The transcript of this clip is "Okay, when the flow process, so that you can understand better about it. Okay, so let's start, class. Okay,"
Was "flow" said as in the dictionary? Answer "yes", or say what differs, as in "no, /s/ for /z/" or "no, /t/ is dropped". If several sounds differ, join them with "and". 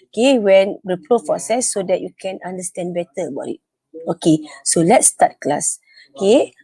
no, /p/ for /f/